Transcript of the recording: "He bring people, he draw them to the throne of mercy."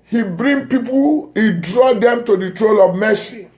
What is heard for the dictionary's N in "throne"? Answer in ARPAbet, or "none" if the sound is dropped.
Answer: L